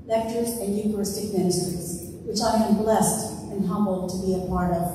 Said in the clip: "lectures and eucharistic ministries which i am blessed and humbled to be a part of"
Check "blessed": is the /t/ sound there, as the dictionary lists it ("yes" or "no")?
yes